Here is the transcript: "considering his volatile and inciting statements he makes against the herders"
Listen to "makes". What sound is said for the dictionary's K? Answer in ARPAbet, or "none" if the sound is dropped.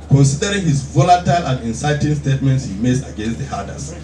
none